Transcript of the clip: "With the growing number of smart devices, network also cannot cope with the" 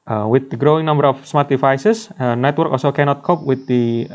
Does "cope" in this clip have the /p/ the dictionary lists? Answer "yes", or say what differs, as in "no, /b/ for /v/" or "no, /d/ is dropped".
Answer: yes